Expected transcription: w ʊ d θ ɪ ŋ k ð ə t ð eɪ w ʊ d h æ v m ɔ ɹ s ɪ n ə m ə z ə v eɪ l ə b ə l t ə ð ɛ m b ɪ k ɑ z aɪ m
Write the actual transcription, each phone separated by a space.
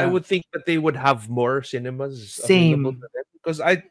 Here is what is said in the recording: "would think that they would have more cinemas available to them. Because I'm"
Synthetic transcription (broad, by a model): w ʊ d θ ɪ ŋ k ð ə t ð eɪ w ʊ d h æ v m ɔ ɹ s ɪ n ə m ə z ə eɪ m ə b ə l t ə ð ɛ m b ɪ k ɑ z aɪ